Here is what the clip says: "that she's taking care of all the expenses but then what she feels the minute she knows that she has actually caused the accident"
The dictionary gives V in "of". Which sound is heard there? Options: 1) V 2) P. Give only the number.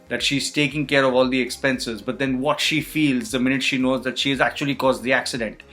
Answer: 1